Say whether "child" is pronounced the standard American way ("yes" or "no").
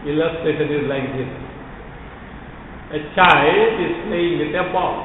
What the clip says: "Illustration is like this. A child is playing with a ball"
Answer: no